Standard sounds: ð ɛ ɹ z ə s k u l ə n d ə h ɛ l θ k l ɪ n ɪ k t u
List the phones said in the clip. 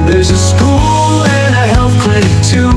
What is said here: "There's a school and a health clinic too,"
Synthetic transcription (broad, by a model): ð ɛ ɹ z ə s k u l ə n ə h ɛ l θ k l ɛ ɪ t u